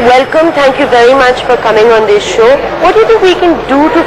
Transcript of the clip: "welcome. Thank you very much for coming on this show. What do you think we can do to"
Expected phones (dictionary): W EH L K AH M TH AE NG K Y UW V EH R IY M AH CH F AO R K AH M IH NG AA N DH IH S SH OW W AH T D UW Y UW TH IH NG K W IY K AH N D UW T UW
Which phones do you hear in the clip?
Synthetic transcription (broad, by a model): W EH L K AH M T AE NG K Y UW V EH R IY M AH CH F AO R K AH M IH NG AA N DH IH S SH OW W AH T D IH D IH W IY K AH N D UW T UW